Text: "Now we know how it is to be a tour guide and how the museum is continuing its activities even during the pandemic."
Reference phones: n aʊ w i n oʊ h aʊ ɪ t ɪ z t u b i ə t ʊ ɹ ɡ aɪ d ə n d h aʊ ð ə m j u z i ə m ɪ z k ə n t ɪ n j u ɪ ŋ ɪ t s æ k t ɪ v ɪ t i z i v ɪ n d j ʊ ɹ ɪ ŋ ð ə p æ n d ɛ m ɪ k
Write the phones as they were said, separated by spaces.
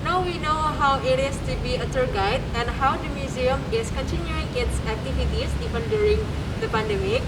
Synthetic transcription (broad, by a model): n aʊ w i n oʊ h aʊ ɪ t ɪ s t u b i ə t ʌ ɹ ɡ aɪ d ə n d h aʊ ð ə m j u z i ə m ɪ s k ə n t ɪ n j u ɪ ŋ ɪ t s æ k t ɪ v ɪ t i s i v ɪ n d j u ɹ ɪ ŋ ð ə p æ n d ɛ m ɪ k